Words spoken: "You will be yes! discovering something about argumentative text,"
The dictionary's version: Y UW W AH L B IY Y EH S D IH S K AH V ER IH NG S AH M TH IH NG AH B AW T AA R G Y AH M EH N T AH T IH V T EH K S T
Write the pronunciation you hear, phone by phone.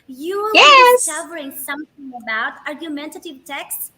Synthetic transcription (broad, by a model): Y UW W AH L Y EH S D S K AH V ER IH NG S AH M TH IH NG AH B AW T AA R G Y AH M EH N T AH T IH V T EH K S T